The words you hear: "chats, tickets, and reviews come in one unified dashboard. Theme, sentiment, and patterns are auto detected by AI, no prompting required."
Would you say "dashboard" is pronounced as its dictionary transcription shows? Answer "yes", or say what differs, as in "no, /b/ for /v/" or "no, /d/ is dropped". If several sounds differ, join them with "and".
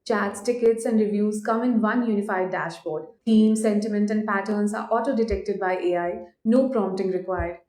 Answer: yes